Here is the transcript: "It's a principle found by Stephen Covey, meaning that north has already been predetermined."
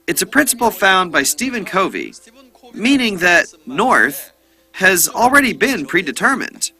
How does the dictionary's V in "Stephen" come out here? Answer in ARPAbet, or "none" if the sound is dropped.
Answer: V